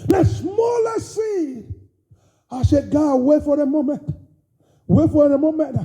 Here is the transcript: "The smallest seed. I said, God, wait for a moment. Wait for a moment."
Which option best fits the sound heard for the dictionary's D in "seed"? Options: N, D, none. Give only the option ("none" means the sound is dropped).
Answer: none